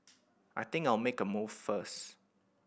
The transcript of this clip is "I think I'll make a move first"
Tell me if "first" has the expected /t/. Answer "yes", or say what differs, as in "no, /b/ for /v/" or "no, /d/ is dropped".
no, /t/ is dropped